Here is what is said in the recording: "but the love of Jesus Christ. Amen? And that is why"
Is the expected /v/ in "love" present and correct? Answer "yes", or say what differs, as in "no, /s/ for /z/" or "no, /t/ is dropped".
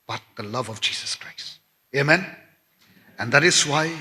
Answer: yes